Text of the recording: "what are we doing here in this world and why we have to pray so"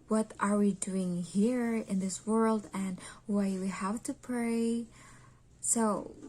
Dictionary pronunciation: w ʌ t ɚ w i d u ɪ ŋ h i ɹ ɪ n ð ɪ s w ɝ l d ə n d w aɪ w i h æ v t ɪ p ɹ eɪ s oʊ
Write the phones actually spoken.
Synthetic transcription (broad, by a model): w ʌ t ɚ w i d u ɪ ŋ h i ɹ ɪ n ð ɪ s w ɝ l d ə n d w aɪ w i h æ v t ɪ p ɹ eɪ s oʊ